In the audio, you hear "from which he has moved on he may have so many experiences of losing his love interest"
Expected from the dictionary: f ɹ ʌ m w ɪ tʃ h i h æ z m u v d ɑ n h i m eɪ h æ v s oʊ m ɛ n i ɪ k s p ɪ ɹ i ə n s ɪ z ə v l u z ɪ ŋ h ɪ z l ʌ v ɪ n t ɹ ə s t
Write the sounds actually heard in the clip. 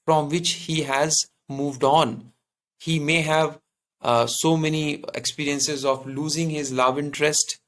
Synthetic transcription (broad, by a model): f ɹ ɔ m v ɪ tʃ h i h æ z m u v d ɑ n h i m eɪ h æ v s oʊ m ɛ n i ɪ k s p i ɹ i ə n s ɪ z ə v l u z ɪ ŋ h ɪ z l ʌ v ɪ n t ɹ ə s t